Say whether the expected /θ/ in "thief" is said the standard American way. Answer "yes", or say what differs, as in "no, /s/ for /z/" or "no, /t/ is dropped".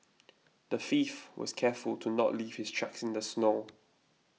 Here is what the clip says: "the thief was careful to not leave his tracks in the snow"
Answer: no, /f/ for /θ/